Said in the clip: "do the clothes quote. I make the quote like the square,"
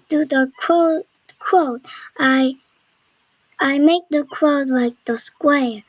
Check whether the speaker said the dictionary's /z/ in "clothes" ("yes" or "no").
no